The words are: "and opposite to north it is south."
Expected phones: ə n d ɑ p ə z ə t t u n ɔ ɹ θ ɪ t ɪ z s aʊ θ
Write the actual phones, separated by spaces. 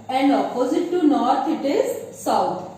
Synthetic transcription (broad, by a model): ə n d ɑ p ə z ə t t u n ɔ ɹ t ɪ t ɪ z s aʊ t